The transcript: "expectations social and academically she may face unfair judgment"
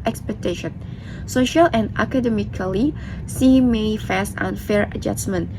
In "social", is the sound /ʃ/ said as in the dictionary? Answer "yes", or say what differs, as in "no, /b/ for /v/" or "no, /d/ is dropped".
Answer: yes